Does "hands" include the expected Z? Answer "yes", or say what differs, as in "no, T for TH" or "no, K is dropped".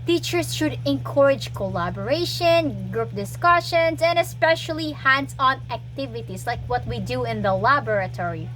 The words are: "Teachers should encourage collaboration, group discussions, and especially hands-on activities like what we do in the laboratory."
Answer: no, S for Z